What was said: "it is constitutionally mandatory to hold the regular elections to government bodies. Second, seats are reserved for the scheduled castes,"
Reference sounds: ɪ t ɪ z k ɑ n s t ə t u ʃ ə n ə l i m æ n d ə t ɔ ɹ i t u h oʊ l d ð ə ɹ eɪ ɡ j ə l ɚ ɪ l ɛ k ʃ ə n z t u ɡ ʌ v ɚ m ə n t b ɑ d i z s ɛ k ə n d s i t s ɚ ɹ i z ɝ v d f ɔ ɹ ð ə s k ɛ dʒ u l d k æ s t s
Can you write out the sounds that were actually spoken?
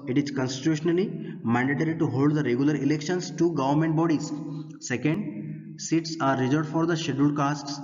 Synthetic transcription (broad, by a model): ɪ t ɪ z k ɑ n s t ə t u ʃ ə n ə l i m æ n d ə t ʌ ɹ i t u h oʊ l d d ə ɹ eɪ ɡ j ə l ɚ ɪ l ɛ k ʃ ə n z t u ɡ ʌ v ɚ m ə n t b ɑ d i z s ɛ k ə n d s i t s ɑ ɹ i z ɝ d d f ɔ ɹ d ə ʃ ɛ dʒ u d k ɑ s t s